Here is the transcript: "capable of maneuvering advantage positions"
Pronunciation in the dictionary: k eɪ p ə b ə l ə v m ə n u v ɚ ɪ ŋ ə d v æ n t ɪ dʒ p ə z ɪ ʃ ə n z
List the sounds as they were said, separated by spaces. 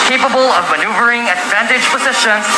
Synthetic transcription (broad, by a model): k eɪ p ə b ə l ə v m ə n u v ɚ ɪ ŋ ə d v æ n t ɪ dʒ p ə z ɪ ʃ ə n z